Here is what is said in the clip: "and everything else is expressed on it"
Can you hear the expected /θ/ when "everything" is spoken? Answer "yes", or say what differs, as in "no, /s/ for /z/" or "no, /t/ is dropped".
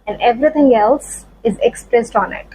no, /t/ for /θ/